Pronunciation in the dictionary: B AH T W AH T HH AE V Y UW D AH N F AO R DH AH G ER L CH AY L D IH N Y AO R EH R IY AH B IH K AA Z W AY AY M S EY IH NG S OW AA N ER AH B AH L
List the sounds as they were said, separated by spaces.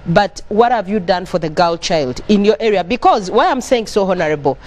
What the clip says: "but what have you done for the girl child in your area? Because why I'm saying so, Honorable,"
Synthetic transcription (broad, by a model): B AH T W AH T HH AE V Y UW D AH N F AO R DH AH G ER L CH AY L D IH N Y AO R EH R IY AH B IH K AA Z W AY AY M S EY IH NG S OW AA N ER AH B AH L